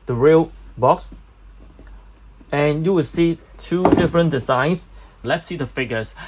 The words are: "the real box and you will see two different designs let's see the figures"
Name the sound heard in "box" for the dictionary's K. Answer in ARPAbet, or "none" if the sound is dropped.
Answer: K